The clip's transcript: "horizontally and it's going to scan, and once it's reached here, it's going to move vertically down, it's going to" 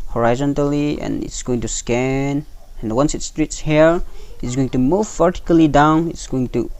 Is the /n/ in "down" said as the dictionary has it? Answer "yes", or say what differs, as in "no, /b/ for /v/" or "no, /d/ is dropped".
yes